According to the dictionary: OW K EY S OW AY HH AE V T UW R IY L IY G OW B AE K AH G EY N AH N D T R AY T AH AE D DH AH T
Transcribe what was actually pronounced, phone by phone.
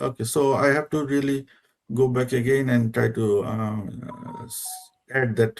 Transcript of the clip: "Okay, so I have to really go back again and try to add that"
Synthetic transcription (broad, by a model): OW K EY S OW AY HH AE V T UW R IY L IY G OW B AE K AH G EY N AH N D T R AY T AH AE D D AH T